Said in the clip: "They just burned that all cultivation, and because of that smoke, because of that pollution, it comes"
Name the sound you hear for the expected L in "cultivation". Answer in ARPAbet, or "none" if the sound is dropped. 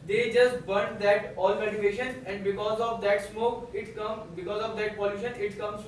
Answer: none